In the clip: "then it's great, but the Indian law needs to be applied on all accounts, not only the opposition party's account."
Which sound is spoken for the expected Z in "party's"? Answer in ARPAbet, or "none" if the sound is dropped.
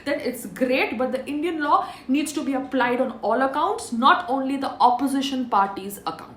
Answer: Z